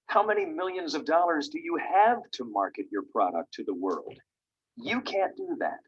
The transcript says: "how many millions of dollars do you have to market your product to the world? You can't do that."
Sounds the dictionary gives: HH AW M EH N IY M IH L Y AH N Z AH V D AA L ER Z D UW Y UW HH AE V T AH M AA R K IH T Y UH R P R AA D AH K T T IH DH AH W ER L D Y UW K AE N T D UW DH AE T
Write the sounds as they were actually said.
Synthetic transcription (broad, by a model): HH AW M EH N IY M IH L Y AH N Z AH V D AA L ER Z D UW Y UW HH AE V T AH M AA R K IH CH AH R P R AA D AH K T T IH DH AH W ER L D Y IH K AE N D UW DH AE T